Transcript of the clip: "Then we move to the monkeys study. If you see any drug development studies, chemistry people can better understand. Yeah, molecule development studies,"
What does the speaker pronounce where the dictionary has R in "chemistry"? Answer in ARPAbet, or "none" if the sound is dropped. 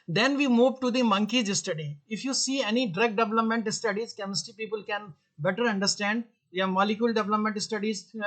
none